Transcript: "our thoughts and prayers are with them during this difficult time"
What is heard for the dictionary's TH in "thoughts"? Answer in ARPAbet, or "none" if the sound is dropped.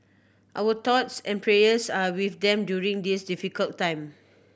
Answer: T